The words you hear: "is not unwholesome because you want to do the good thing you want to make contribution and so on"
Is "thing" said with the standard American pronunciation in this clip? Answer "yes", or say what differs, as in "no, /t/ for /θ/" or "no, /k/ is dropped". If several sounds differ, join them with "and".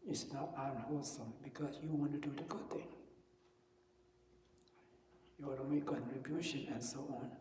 no, /t/ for /θ/